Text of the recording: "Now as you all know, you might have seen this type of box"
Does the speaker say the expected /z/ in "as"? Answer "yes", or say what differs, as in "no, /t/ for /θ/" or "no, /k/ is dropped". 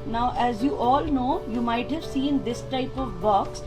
yes